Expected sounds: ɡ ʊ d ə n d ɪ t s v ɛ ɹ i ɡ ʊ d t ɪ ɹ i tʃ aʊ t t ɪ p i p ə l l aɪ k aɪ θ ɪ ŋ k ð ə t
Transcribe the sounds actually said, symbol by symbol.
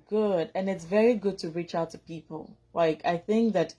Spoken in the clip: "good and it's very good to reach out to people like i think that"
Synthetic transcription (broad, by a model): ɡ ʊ d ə n ɪ t s v ɛ ɹ i ɡ ʊ d t ɪ ɹ i tʃ aʊ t t ɪ p i p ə l l aɪ k aɪ θ ɪ ŋ k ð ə t